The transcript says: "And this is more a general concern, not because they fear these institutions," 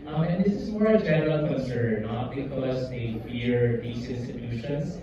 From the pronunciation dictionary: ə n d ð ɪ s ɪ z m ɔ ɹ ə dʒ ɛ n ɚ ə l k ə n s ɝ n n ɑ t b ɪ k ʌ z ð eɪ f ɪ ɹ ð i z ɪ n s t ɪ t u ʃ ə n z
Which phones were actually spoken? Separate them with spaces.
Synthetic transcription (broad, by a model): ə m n ð ɪ s ɪ z m ɔ ɹ ə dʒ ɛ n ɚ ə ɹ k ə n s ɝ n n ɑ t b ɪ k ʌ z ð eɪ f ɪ ɹ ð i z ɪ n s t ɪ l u ʃ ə n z